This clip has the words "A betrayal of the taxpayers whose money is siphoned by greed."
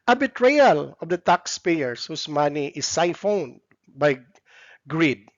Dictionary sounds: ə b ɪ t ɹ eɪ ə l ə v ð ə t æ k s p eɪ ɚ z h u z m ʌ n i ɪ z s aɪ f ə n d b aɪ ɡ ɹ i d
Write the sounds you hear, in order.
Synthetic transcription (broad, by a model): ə b ɪ t ɹ eɪ ə l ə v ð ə t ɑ k s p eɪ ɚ s h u s m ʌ n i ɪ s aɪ f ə n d b aɪ ɡ ɹ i d